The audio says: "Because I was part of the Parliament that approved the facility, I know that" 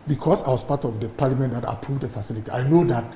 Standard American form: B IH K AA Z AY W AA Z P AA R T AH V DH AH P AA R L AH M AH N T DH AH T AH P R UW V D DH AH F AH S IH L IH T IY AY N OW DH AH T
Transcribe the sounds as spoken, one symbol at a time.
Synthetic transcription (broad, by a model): B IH K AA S AY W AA S P AA T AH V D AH P AA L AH M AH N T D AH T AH P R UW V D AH F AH S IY L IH T IY AY N OW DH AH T